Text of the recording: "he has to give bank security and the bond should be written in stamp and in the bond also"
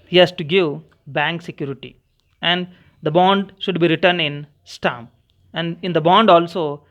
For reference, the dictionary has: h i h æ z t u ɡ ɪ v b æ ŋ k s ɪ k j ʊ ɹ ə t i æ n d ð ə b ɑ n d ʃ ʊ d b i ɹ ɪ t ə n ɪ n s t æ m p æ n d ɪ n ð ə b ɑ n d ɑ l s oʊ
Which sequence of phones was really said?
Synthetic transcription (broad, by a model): h i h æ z t u ɡ ɪ v b æ ŋ k s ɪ k j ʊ ɹ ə t i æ n d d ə b ɑ n d ʃ ʊ d b i ɹ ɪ t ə n ɪ n s t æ m æ n d ɪ n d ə b ɑ n d ɑ l s oʊ